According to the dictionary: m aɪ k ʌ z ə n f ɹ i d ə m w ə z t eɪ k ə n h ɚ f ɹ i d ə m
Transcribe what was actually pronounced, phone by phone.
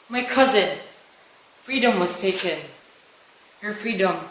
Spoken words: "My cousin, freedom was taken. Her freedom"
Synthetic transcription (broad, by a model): m aɪ k ʌ z ə n f ɹ i d ə m w ə z t eɪ k ə n h ɚ f ɹ i d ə m